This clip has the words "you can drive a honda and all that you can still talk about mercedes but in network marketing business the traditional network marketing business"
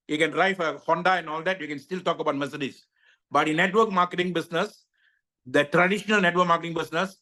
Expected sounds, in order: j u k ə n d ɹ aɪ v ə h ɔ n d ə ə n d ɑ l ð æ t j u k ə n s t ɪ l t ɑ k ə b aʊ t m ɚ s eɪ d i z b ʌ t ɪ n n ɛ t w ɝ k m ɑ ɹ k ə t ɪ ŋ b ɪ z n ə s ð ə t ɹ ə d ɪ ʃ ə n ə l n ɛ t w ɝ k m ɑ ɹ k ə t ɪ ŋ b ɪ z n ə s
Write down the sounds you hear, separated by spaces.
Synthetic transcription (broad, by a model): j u k ə n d ɹ aɪ f ə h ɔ n d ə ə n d ɑ l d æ t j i k ə n s t ɪ l t ɑ k ə b aʊ t m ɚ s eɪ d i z b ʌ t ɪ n n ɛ t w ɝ k m ɑ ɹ k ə t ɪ ŋ b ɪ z n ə s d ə t ɹ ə d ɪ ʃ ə n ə l n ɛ t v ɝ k m ɑ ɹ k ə t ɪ ŋ b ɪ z n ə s